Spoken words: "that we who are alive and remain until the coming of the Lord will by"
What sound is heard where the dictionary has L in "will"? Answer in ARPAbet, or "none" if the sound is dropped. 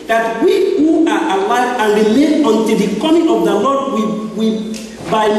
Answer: W